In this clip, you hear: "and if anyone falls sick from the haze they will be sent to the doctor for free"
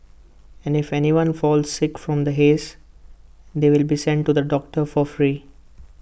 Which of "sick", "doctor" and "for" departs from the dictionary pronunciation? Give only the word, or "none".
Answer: none